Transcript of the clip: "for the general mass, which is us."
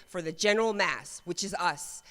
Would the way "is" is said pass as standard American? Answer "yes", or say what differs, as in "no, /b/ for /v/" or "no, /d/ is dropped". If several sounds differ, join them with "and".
yes